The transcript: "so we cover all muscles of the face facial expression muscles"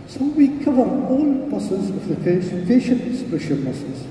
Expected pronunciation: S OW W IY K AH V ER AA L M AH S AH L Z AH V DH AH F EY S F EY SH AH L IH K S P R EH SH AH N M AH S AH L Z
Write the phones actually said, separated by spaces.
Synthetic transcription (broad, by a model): S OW W IY K AH V ER AA L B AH S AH Z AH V DH AH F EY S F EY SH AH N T S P EH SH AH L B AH S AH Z